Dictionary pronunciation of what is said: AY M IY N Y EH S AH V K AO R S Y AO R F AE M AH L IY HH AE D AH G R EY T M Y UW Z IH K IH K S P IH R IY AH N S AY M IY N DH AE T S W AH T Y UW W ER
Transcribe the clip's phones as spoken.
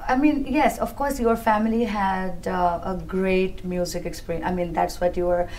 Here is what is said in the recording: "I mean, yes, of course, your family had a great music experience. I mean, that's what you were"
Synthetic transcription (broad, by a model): AY M IY N Y EH S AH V K AO R S Y AO R F AE M AH L IY HH AE D AH G R EY T M Y UW Z IH K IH K S P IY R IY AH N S AY M IY N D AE T S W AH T Y UW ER